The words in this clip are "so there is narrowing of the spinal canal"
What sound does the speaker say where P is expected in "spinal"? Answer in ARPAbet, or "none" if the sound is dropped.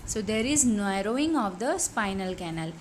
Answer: P